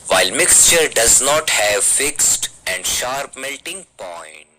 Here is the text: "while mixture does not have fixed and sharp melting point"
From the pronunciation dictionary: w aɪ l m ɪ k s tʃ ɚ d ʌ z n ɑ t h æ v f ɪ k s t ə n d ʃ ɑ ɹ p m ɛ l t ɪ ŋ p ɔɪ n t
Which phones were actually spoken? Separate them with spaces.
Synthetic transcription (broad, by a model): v aɪ l m ɪ k s tʃ ɚ d ʌ z n ɑ t h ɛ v f ɪ k s t ə n d ʃ ɑ ɹ p m ɛ l t ɪ ŋ p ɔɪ n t